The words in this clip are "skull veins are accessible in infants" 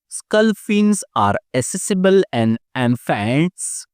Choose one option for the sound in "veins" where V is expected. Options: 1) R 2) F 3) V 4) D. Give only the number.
2